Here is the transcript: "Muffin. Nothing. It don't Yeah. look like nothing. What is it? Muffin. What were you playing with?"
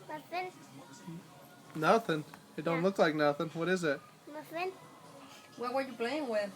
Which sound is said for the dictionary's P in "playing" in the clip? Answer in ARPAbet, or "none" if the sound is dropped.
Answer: B